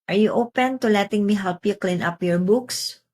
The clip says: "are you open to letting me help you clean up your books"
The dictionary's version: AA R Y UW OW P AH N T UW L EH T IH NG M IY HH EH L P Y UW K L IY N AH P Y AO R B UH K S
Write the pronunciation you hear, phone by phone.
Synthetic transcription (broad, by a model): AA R Y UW OW P AH N T UW L EH T IH NG M IY HH EH L P Y UW K L IY N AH P Y AO R B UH K S